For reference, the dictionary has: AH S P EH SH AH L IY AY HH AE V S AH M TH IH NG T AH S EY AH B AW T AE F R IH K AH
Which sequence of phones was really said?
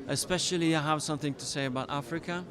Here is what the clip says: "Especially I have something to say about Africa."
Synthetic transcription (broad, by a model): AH S P EH SH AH L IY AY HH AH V S AH M TH IH NG T AH S EY AH B AW T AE F R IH K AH